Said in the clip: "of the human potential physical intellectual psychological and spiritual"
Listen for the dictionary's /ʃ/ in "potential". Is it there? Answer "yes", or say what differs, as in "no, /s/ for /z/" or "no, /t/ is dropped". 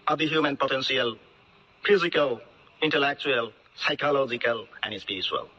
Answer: no, /s/ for /ʃ/